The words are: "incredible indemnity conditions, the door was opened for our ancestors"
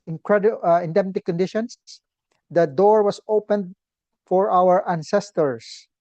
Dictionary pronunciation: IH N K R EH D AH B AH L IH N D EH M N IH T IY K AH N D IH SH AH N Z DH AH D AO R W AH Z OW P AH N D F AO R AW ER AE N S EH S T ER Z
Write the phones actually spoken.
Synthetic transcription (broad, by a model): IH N K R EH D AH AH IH N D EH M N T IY K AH N D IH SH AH N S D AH D AO R W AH S OW P AH N D F AO R AW ER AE N S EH S T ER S